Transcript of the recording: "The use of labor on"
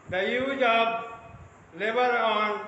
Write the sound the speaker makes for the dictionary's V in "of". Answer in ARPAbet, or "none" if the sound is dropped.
B